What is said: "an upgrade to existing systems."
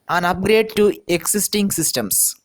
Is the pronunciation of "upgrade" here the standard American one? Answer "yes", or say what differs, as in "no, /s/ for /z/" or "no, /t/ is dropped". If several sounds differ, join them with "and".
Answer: yes